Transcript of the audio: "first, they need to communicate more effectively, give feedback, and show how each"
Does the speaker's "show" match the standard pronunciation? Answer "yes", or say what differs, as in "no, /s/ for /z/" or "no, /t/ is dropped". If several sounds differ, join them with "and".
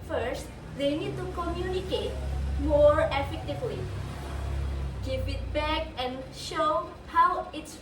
yes